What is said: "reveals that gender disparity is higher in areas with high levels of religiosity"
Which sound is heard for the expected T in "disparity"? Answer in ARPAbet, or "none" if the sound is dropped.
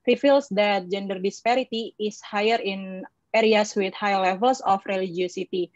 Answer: T